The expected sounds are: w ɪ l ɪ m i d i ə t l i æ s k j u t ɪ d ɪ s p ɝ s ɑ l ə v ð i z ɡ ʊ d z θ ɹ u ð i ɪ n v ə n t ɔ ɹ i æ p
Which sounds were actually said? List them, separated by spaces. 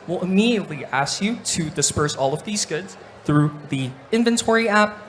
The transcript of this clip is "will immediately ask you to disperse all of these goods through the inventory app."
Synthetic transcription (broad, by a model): w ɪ l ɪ m i d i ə t l i æ s k j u t ɪ d ɪ s p ɝ s ɑ l ə v ð i z ɡ ʊ d z θ ɹ u ð i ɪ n v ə n t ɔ ɹ i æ p